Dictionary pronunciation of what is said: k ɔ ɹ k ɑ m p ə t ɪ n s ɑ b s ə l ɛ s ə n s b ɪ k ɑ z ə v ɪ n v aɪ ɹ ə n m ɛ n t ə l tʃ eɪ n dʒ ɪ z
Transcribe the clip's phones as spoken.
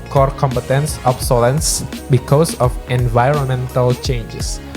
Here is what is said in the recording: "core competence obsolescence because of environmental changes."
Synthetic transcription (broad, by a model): k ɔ ɹ k ɑ m p ə t ɪ n s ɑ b s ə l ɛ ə n s b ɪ k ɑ s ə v ɪ n v aɪ ɹ ə n m ɛ n t ə l tʃ eɪ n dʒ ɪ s